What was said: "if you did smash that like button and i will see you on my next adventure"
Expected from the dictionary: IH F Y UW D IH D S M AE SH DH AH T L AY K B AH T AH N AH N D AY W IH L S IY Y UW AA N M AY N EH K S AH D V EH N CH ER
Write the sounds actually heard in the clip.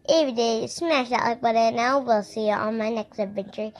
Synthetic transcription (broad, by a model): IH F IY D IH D S M AE SH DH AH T L AY K B AH T AH N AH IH W IH L S IY Y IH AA L M AY N EH K S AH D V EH N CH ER